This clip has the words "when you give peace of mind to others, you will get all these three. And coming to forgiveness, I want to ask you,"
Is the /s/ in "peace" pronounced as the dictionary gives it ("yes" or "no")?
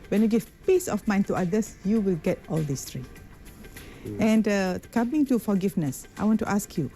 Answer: yes